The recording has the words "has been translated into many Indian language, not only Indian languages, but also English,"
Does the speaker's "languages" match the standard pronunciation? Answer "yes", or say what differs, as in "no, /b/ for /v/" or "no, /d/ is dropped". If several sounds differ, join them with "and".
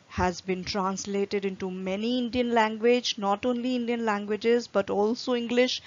yes